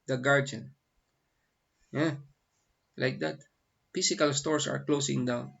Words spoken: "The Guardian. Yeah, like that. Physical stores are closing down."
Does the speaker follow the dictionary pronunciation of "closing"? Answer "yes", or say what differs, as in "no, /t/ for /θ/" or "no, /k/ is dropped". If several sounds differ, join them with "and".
no, /s/ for /z/